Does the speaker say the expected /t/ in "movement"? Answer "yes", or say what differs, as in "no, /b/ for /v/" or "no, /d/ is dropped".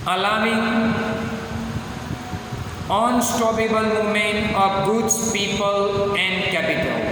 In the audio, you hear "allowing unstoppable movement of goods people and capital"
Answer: no, /t/ is dropped